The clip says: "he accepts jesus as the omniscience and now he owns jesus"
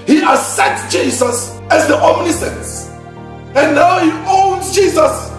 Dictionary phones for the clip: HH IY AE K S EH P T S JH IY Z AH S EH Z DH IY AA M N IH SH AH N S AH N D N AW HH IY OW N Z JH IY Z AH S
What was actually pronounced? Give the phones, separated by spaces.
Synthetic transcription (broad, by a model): HH IY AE S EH T JH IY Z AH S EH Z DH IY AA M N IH S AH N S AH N N AW HH IY OW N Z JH IY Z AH S